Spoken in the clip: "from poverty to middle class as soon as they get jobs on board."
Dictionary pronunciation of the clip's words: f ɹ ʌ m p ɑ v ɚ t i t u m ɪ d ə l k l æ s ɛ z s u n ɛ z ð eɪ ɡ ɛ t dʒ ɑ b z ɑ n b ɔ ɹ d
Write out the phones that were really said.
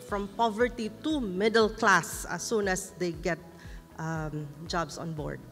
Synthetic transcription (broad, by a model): f ɹ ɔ m p ɑ v ɚ t i t u m ɪ d ə l k l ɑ s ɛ s u n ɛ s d eɪ ɡ ɛ t dʒ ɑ b s ɑ n b ɔ ɹ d